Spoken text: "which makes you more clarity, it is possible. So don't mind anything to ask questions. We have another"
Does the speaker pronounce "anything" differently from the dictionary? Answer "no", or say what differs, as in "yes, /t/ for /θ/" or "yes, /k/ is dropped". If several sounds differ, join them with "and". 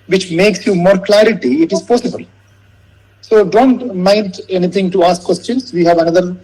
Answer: yes, /t/ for /θ/